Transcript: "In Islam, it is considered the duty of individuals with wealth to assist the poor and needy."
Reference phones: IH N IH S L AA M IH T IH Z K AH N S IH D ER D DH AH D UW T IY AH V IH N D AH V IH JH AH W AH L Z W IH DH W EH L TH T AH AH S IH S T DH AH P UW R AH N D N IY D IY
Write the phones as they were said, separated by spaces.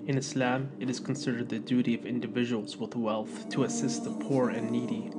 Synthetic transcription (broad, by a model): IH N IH S L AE M IH T IH Z K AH N S IH D ER D DH AH D UW T IY AH V IH N D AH V IH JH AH W L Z W IH DH W EH L TH T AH AH S IH S T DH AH P UW R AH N N IY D IY